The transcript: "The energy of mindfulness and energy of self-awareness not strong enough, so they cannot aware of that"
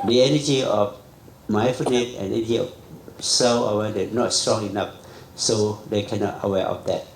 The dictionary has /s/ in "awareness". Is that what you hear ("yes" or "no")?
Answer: no